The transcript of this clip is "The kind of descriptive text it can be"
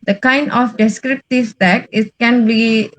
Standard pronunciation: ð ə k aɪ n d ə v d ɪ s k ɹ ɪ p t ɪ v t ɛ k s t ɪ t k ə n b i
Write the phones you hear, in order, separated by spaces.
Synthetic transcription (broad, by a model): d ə k aɪ n d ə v d ɪ s k ɹ ɪ p t ɪ v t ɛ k t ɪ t k ə n b i